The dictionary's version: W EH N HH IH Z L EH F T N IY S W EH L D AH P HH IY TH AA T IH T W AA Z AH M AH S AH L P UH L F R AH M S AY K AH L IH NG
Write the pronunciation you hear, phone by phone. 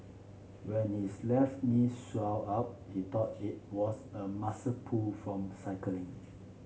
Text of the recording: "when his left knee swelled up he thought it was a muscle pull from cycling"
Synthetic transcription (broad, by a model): W EH N HH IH S L EH F T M IY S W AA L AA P HH IY T AA T IH T W AA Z AH M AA S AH P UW L F R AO M S AY K AH L IH NG